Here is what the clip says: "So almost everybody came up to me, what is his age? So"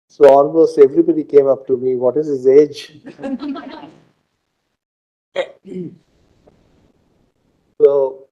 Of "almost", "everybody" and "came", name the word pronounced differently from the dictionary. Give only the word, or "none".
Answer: almost